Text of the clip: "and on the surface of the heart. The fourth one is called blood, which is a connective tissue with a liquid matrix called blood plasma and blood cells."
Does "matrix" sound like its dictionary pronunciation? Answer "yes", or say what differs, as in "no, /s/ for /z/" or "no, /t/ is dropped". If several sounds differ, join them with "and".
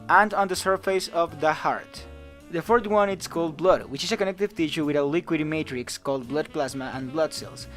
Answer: yes